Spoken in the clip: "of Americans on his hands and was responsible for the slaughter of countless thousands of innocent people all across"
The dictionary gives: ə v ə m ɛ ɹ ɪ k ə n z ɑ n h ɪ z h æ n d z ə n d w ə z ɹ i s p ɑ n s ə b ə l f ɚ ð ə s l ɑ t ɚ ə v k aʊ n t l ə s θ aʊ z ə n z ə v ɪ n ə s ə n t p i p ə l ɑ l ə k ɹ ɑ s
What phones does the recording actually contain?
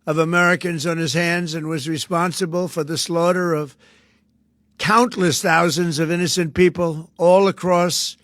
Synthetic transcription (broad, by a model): ə v ə m ɛ ɹ ɪ k ə n z n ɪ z h æ n d z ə n w ə z ɹ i s p ɑ n s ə b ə l f ɚ ð ə s l ɑ t ɚ ə v k aʊ n t l ə s θ aʊ z ə n z ə v ɪ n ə s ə n p i p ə l ɑ l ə k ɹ ɑ s